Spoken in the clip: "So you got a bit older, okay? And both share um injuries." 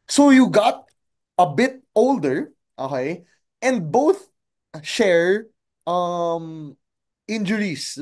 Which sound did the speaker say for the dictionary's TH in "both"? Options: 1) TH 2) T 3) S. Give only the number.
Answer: 1